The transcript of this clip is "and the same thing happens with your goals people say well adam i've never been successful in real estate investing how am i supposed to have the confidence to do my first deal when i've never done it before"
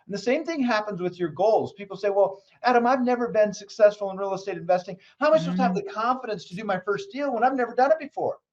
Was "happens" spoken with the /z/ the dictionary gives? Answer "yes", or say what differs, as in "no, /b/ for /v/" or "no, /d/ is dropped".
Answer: yes